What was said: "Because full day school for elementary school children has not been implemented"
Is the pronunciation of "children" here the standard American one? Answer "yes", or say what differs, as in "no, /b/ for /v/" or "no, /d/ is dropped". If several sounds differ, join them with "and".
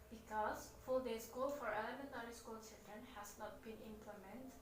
no, /s/ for /tʃ/